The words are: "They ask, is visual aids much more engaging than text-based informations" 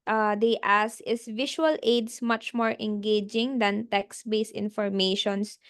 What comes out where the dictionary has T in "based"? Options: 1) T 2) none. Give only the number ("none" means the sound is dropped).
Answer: 2